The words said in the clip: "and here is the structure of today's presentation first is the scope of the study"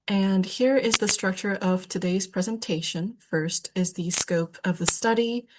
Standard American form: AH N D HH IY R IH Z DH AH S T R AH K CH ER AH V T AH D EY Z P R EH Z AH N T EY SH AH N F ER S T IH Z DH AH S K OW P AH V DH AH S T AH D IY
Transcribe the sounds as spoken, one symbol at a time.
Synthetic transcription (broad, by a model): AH N HH IY R IH Z DH AH S T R AH K CH ER AH V T AH D EY Z P R EH Z AH N T EY SH AH N F ER S T IH Z DH AH S K OW P AH V DH AH S T AH D IY